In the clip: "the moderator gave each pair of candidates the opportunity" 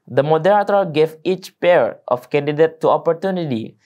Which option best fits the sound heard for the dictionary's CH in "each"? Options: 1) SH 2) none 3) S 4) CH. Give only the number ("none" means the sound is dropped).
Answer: 4